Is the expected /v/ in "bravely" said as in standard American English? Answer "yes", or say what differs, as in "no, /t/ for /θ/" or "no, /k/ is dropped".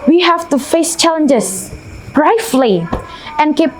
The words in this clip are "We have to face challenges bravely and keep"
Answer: no, /f/ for /v/